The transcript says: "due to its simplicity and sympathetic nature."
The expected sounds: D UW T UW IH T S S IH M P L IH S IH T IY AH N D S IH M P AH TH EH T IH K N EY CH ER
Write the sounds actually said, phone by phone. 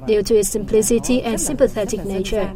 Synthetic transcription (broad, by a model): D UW T UW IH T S S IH M P L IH S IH T IY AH N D S IH M P AH TH EH T IH K N EY CH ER